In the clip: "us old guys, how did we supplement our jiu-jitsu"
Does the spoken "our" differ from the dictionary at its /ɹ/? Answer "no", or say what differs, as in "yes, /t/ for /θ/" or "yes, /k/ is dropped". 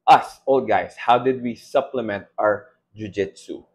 no